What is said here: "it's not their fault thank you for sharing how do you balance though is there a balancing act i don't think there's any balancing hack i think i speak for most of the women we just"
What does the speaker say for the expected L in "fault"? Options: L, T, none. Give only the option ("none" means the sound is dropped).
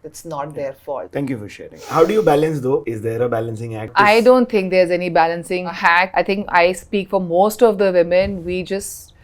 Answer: none